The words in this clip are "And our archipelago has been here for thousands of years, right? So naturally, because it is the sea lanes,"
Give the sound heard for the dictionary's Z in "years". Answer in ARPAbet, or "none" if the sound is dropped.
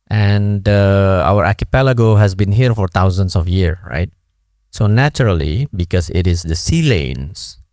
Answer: none